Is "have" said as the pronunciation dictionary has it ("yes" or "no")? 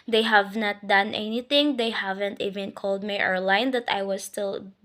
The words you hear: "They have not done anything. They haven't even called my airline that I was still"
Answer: yes